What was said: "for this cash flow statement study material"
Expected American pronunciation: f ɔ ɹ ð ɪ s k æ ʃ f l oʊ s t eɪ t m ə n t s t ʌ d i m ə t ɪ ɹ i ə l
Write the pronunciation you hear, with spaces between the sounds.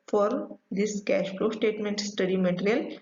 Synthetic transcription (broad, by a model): f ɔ ɹ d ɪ s k æ ʃ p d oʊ s t eɪ t m ə n t s t ʌ d i m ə t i ɹ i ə l